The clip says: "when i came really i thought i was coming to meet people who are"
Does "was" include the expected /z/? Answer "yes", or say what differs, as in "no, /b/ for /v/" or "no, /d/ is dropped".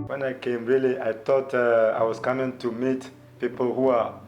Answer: no, /s/ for /z/